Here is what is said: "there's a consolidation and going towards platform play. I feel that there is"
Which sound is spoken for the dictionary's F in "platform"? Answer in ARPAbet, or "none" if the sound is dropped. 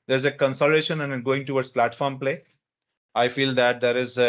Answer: F